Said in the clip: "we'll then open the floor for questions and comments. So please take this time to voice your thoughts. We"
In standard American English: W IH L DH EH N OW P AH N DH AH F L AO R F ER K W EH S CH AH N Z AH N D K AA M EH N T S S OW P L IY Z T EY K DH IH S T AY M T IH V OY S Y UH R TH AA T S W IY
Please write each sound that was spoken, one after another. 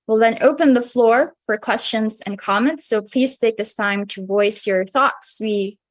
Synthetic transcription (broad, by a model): W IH L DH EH N OW P AH N DH AH F L AO R F ER K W EH S CH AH N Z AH N K AA M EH N T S S OW P L IY Z T EY K DH IH S T AY M T IH V OY S Y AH R TH AA T S W IY